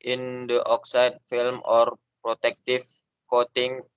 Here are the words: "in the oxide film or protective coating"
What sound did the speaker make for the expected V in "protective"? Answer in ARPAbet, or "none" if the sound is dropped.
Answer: F